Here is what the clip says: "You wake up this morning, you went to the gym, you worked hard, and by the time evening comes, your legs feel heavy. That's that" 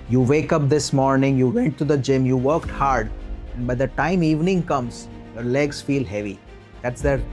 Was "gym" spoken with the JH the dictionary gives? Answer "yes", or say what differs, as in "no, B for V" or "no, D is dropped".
yes